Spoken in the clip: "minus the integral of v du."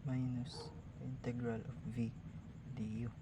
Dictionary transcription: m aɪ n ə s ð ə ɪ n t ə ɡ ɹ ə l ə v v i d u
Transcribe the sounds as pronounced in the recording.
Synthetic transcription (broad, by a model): m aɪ n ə s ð ɪ n t ə ɡ ɹ ə l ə f v i d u